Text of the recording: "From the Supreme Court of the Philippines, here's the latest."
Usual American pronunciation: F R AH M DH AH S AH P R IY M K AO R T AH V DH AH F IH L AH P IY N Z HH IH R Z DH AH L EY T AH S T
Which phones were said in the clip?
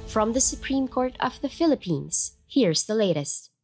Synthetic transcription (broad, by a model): F R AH M DH AH S AH P R IY M K AO R T AH V DH AH F IH L AH P IY N Z HH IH R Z DH AH L EY T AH S T